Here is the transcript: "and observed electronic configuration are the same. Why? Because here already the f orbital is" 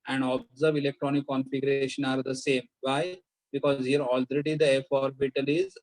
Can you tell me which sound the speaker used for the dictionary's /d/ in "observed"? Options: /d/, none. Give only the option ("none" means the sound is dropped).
none